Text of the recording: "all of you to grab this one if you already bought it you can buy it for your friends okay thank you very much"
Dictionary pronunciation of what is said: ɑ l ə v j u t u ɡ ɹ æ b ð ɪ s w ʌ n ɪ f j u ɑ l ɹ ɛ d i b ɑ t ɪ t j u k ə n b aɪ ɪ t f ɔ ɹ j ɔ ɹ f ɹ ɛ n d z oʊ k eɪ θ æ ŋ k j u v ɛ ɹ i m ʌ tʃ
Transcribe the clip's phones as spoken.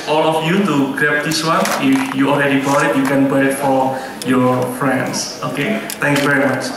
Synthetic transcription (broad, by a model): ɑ l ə f j u t u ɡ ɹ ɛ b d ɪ s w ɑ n ɪ f j u ɑ l ɹ ɛ d i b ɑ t ɪ t j u k ə n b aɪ ɪ t f ɔ ɹ j ɔ ɹ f ɹ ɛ n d s oʊ k eɪ t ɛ ŋ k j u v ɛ ɹ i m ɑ tʃ